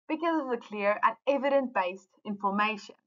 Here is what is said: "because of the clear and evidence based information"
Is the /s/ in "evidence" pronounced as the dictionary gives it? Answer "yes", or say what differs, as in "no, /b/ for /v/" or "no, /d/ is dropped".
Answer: no, /s/ is dropped